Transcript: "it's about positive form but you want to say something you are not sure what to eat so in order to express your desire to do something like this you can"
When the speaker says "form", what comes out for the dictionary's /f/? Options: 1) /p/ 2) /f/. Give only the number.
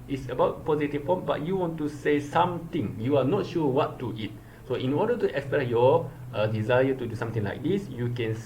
1